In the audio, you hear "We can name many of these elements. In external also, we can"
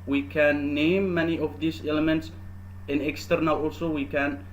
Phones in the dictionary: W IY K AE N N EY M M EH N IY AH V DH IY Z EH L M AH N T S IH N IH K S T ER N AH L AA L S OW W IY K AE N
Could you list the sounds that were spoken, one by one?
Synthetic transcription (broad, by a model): W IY K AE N N EY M M EH N IY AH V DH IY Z EH L M AH N T S IH N IH K S T ER N AH L AA L S OW W IY K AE N